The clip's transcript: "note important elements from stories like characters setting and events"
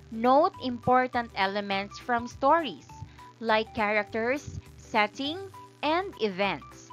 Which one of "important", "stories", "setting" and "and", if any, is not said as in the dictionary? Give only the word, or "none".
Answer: stories